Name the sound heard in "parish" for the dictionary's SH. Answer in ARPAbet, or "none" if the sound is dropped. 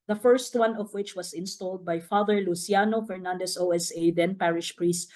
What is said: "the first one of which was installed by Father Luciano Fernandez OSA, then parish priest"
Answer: SH